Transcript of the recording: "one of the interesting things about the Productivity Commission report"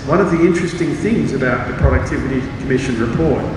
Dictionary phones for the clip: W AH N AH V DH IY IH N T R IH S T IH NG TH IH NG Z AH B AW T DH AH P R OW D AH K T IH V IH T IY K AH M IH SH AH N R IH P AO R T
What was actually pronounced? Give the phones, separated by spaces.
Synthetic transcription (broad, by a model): W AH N AH V DH IY IH N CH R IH S T IH NG TH IH NG Z AH B AW T DH AH P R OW D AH K T IH V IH T IY K AH M IH SH AH N R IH P AO R T